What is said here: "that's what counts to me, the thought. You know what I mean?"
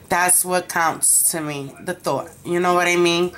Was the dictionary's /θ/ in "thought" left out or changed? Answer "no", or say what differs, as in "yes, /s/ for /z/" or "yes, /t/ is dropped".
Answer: no